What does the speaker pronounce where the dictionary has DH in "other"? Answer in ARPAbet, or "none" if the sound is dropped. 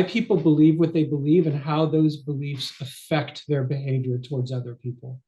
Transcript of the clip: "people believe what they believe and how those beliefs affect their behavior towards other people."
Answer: DH